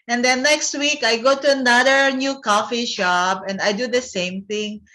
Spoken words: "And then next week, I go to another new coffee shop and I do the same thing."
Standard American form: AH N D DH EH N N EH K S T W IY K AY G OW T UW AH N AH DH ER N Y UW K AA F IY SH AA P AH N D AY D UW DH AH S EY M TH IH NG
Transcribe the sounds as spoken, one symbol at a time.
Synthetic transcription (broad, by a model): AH N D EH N N EH K S T W IY K AY G OW T UW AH N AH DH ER N Y UW K AA F IY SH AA B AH N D AY D UW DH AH S EY M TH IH NG